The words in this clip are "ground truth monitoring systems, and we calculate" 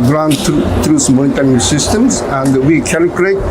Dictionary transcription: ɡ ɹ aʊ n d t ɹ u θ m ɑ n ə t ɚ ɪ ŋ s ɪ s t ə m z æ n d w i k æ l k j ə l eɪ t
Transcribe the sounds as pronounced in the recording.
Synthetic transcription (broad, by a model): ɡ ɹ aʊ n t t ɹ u s m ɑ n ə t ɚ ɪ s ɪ s t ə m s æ n d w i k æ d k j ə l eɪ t